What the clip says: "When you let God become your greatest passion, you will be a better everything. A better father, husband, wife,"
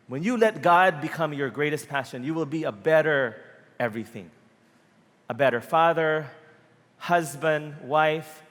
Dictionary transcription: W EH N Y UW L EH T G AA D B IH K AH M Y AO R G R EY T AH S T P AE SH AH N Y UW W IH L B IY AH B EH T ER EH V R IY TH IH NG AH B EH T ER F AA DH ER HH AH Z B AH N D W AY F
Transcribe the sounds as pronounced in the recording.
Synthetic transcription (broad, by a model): W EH N Y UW L EH T G AA D B IH K AH M Y AO R G R EY T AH S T P AE SH AH N Y UW W IH L B IY AH B EH T ER EH V R IY TH IH NG AH B EH T ER F AA DH ER HH AH Z B AH N D W AY F